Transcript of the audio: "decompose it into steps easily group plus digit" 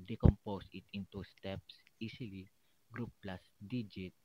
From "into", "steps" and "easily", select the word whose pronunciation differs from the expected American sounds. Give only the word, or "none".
easily